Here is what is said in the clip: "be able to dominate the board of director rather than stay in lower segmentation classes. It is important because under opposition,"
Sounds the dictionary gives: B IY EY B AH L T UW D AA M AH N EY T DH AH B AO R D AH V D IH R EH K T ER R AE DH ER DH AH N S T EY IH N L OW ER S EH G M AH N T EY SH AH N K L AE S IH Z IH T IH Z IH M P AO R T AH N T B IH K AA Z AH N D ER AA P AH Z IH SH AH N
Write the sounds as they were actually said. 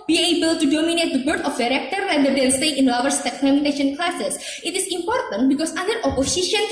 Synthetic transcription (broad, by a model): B IY EY B AH L T UW D AA M AH N EY T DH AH B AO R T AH F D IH R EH K T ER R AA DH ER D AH L S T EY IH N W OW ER S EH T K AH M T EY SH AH N K L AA S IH S IH T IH S IH M P AO R T AH N T B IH K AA S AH N D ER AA P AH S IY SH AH N